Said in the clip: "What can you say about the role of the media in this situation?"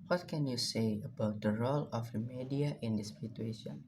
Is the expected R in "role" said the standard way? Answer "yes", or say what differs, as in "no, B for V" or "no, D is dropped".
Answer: yes